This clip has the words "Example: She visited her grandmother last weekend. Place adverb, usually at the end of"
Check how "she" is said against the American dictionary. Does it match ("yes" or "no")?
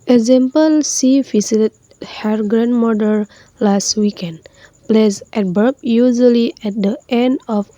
no